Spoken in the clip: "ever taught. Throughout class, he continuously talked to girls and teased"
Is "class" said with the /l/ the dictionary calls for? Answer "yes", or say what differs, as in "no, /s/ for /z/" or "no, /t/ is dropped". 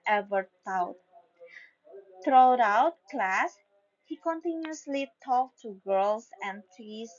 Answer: yes